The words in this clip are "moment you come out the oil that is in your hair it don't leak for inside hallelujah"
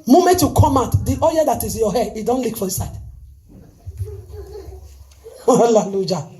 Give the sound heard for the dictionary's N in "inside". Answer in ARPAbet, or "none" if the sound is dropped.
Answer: none